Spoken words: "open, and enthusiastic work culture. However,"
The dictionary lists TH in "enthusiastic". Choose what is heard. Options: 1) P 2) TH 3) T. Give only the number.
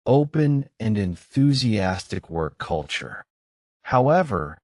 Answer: 2